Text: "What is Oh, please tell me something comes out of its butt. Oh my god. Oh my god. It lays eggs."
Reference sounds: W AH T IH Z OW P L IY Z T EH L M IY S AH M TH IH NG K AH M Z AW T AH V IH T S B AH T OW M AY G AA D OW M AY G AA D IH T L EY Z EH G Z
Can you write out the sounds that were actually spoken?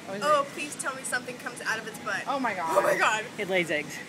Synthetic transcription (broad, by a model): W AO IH P L IY Z T EH L M IY S AH M TH IH NG K AH M Z AW T AH V IH T S B AH T OW M AY G AA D OW M AY G AA D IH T L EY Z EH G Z